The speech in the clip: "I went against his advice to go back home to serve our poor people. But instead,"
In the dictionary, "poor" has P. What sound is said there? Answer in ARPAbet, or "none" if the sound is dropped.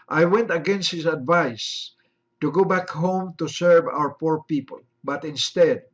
P